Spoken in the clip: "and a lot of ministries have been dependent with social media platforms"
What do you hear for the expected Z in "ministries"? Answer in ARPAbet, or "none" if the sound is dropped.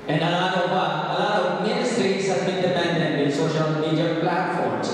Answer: S